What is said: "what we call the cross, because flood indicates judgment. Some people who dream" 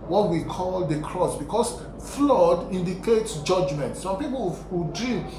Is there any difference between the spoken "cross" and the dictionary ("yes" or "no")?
no